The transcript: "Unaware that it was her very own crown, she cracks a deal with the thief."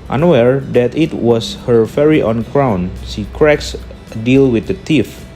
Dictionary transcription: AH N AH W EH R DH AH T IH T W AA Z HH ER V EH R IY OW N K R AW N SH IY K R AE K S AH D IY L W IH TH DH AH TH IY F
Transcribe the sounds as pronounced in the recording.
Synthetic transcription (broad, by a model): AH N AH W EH R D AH T IH T W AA S HH ER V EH R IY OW N K R AW N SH IY K R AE K S AH D IY L W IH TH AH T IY F